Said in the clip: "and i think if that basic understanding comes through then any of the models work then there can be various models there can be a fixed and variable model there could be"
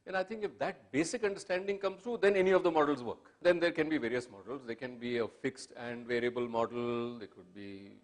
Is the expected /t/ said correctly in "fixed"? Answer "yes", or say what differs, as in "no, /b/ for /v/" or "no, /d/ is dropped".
yes